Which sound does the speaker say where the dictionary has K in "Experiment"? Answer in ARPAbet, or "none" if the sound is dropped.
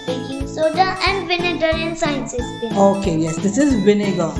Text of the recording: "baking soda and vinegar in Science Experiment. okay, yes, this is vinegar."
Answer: none